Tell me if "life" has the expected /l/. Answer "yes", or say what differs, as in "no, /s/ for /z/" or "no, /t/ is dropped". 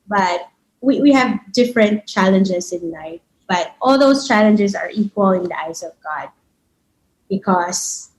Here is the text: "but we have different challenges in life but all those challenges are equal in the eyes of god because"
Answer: no, /n/ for /l/